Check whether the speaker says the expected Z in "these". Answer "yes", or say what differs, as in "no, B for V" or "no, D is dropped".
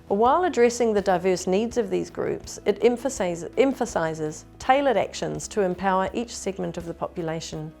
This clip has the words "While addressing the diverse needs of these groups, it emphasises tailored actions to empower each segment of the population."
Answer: yes